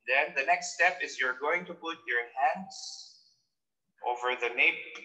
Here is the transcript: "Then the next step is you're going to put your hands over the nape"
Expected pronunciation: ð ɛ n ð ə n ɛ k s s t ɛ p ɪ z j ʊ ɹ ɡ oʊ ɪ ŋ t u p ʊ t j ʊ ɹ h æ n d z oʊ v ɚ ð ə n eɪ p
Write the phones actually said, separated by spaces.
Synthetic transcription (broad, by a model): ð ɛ n ð ə n ɛ k s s t ɛ p ɪ z j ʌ ɹ ɡ oʊ ɪ ŋ t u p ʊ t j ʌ ɹ h æ n d z oʊ v ɚ ð ə n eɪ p